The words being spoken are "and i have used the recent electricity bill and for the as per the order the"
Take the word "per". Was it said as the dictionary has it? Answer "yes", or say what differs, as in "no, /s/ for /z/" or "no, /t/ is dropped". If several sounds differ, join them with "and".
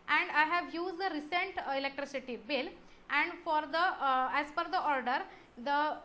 no, /f/ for /p/